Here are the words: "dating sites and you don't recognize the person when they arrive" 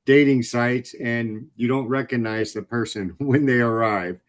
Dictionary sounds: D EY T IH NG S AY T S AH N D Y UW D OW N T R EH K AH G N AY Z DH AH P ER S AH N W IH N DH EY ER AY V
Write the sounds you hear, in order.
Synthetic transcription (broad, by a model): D EY T IH NG S AY T S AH N Y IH D OW N T R EH K AH G N AY Z DH AH P ER S AH N W IH N DH EY ER AY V